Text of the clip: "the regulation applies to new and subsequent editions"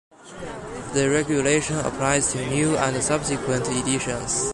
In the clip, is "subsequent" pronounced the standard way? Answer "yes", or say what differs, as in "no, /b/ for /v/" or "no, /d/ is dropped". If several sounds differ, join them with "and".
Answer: yes